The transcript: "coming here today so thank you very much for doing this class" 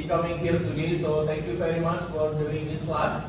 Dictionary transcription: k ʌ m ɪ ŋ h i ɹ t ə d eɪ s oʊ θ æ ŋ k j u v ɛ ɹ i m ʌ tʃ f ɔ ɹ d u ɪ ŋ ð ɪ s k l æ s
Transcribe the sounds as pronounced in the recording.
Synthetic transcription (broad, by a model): k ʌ m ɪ ŋ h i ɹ t ə d eɪ s oʊ t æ ŋ k j u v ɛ ɹ i m ʌ tʃ f ɔ ɹ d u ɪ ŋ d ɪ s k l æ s